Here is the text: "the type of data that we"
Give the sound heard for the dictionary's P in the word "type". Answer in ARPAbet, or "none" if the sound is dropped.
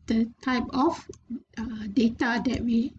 P